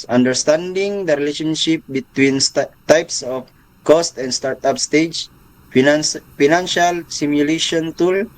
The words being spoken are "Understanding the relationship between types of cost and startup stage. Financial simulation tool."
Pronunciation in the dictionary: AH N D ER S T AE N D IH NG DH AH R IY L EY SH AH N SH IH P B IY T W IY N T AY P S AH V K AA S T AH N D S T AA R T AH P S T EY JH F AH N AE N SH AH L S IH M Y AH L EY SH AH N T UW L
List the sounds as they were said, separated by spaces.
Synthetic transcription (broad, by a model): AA N D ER S T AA N D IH NG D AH R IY L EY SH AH N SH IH P B IY T W IY N T AY P S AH F K AA S T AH N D S T AA R T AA P S T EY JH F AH N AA N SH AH L S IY M Y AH L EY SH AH N T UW L